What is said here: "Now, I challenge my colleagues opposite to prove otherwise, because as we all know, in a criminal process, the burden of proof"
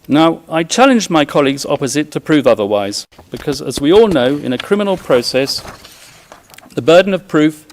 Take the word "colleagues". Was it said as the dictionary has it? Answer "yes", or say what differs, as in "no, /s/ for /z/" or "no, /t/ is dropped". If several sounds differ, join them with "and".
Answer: yes